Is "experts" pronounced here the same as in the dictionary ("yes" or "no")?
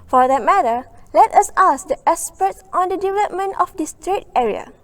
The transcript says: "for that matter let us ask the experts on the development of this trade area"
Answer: no